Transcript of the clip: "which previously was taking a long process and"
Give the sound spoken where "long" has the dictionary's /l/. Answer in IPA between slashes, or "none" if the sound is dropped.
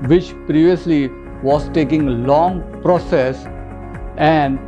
/l/